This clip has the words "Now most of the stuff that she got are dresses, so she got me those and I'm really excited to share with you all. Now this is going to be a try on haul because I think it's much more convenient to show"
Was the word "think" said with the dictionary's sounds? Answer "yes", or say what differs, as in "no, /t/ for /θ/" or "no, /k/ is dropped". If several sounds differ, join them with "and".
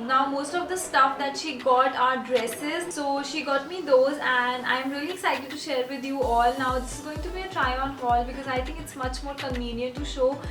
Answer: no, /t/ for /θ/